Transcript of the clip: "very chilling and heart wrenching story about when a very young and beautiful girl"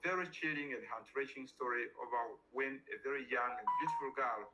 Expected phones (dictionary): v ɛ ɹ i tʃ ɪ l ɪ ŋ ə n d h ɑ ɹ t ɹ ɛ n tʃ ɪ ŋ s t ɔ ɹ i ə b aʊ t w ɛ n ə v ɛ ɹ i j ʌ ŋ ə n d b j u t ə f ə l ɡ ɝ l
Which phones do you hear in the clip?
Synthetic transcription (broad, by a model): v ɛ ɹ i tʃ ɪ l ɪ ŋ ə n d h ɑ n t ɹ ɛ tʃ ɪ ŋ s t ɔ ɹ i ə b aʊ w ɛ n ə v ɛ ɹ i j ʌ ŋ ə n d b j u t ə f ə l ɡ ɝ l